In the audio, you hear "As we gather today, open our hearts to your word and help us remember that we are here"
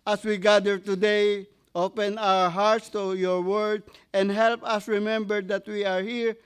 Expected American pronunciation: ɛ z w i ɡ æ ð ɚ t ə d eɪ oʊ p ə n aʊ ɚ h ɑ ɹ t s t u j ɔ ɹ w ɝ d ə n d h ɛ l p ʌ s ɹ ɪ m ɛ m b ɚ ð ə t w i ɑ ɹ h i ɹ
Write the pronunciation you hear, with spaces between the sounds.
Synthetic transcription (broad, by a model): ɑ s w i ɡ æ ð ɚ t ə d eɪ oʊ p ə n aʊ ɚ h ɑ ɹ t s t u j ɔ ɹ w ɝ d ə n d h ɛ l p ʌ s ɹ ɪ m ɛ m b ɚ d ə t w i ɑ ɹ h i ɹ